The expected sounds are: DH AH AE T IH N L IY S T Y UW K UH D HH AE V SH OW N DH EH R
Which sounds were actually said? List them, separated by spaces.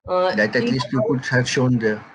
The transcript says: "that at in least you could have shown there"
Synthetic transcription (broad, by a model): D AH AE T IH L IY S T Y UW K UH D HH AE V SH OW N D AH